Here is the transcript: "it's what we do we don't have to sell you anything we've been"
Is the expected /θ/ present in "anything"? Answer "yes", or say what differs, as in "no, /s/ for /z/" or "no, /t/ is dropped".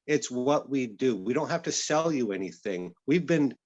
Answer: yes